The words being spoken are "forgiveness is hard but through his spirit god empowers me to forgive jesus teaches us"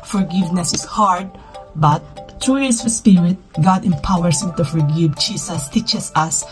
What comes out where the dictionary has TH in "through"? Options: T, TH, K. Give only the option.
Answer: T